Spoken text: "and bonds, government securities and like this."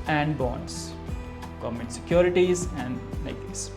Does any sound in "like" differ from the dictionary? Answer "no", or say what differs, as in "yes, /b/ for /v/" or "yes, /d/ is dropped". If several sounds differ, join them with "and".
yes, /n/ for /l/